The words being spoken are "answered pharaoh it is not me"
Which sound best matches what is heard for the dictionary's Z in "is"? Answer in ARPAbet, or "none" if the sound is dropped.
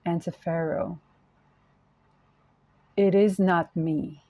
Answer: Z